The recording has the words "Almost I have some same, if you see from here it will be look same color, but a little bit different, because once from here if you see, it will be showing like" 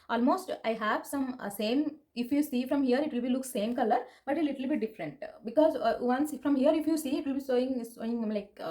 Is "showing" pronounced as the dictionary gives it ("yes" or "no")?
no